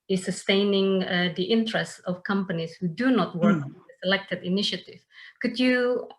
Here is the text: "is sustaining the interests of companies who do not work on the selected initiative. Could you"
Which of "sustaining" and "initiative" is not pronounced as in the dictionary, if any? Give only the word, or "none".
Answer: none